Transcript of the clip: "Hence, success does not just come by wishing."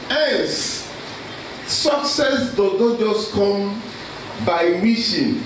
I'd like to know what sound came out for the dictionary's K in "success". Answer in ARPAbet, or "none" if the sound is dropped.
K